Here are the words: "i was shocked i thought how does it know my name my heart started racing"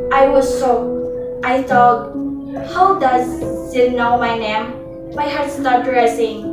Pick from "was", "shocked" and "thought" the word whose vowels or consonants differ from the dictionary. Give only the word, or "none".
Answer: shocked